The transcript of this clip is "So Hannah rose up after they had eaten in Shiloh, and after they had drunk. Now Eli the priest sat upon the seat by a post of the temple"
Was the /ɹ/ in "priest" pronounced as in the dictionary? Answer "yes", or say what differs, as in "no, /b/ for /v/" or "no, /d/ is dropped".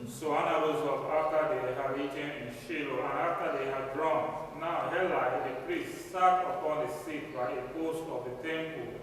yes